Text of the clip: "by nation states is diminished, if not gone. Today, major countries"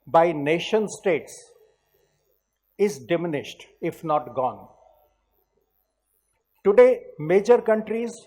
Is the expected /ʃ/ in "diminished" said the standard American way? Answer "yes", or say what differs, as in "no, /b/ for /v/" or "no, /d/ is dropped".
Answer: yes